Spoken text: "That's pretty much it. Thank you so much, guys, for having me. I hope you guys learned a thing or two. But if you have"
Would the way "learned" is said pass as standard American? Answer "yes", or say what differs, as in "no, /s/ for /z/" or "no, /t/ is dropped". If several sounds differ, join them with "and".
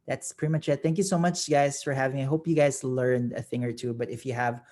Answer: yes